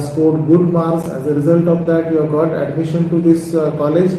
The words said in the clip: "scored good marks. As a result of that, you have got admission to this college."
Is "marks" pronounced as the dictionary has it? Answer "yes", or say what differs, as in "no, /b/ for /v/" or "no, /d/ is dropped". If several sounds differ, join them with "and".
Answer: no, /k/ is dropped